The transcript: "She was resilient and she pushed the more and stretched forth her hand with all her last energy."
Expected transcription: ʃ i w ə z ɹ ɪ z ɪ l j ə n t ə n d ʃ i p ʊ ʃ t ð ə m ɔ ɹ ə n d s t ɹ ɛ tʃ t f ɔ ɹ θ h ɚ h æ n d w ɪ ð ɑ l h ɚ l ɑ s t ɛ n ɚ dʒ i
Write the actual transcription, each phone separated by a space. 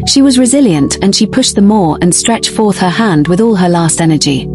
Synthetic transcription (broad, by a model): ʃ i w ə z ɹ ɪ z ɪ l j ə n t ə n ʃ i p ʊ ʃ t ð ə m ɔ ɹ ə n s t ɹ ɛ tʃ t f ɔ ɹ θ h ɚ h æ n d w ɪ ð ɑ l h ɚ l ɑ s t ɛ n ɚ dʒ i